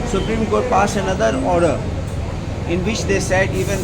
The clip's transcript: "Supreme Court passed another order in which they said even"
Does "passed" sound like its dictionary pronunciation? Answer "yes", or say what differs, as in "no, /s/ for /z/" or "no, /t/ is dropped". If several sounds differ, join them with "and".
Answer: no, /t/ is dropped